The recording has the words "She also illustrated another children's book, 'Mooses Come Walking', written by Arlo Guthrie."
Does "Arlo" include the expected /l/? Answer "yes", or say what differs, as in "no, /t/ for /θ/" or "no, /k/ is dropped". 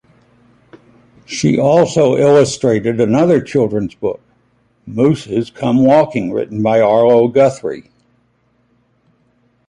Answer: yes